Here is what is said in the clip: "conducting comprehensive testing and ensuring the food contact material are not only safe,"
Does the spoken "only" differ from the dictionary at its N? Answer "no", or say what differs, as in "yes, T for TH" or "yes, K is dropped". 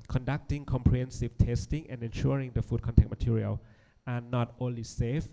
no